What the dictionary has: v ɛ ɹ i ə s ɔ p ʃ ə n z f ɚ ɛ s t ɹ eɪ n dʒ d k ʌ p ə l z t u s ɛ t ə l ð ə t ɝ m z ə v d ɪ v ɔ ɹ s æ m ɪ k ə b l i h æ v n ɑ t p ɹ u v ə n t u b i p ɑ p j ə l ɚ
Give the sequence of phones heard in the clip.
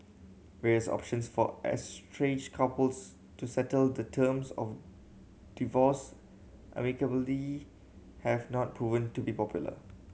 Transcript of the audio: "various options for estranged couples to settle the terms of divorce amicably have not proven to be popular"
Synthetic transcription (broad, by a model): v ɛ ɹ i ə s ɔ p ʃ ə n s f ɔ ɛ s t ɹ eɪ dʒ k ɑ p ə l s t u s ɛ t ə l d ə t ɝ m s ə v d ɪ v ɔ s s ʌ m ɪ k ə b l i h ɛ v n ɑ t p ɹ u v ə n t u b i p ɑ p j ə l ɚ